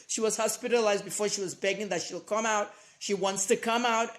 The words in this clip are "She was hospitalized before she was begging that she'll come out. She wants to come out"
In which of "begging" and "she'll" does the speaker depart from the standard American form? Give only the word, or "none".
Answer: none